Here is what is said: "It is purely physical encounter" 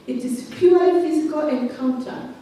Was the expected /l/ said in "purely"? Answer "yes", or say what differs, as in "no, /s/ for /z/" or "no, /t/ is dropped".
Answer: no, /l/ is dropped